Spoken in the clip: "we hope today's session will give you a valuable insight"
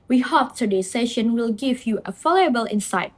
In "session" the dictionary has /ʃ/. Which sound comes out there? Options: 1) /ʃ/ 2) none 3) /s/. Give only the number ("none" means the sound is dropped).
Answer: 1